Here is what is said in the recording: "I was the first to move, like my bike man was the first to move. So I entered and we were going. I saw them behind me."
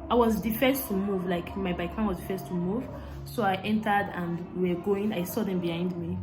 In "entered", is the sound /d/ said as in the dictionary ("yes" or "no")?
yes